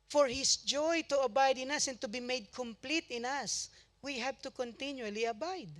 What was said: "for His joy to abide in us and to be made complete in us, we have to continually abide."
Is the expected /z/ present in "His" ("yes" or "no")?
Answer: no